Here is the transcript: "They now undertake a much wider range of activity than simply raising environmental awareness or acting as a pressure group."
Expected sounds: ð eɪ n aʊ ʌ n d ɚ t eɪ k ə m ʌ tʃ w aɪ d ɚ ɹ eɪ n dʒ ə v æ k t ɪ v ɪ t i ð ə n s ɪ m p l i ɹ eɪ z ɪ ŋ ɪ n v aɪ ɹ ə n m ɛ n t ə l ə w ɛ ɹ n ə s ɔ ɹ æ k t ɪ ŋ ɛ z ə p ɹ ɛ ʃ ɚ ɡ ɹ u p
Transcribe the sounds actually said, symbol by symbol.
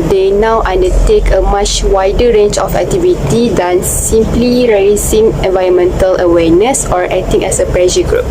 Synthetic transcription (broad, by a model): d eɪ n aʊ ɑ n d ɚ t eɪ k ə m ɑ tʃ w aɪ d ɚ ɹ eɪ n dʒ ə f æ k t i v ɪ t i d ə n s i m p l i ɹ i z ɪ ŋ ɪ n v aɪ ɹ ə n m ɛ n t ə l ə w ɛ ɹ n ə s ɔ ɹ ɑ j t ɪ ŋ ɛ s ə p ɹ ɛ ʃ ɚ ɡ ɹ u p